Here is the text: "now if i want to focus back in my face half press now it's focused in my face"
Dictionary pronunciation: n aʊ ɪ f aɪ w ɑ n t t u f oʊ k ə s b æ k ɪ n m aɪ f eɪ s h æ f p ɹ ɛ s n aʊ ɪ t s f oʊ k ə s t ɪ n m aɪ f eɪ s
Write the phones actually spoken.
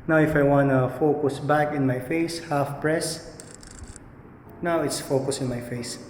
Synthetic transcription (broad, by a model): n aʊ ɪ f aɪ w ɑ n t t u f oʊ k ə s b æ k ɪ n m aɪ f eɪ s h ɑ f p ɹ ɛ s n aʊ ɪ t s f oʊ k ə s ɪ n m aɪ f eɪ s